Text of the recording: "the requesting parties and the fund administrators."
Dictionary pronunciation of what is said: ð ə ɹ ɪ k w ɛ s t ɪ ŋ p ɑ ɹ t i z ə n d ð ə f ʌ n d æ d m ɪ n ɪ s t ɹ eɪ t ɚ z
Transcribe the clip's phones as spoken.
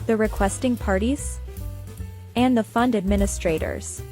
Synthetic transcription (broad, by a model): ð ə ɹ ɪ k w ɛ s t ɪ ŋ p ɑ ɹ t i z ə n ð ə f ʌ n d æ d m ɪ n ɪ s t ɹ eɪ t ɚ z